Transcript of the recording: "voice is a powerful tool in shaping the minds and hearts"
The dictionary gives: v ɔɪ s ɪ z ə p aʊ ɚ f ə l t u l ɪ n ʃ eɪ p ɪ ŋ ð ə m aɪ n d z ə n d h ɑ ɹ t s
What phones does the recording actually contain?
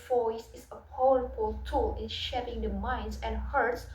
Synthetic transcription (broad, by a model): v ɔɪ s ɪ s ə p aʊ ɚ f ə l t u l ɪ n ʃ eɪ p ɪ ŋ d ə m aɪ n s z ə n h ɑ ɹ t s